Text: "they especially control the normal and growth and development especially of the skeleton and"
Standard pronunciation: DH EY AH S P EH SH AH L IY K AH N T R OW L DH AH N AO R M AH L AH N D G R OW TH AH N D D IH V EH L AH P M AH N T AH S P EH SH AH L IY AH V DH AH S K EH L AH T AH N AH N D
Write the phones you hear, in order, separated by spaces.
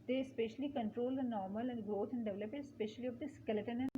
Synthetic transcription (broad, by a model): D EY AH S P EH SH AH L IY K AH N T R OW L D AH N AO R M AH L AH N D G R OW T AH N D D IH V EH L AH P AH T S P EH SH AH L IY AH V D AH S K EH L AH T AH N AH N